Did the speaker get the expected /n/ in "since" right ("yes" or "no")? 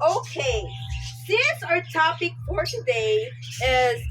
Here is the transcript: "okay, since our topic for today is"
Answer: no